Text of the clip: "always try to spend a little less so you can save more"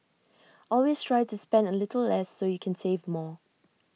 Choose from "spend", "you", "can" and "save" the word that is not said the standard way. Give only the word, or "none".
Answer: none